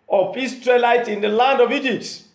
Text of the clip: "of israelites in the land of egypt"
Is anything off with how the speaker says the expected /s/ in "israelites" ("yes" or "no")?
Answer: yes